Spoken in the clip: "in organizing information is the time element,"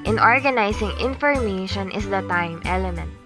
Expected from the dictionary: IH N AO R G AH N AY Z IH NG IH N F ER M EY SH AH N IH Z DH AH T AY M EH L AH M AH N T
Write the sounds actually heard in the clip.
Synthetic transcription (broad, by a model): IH N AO R G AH N AY S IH NG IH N F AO M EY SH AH N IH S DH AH T AY M EH L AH M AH N T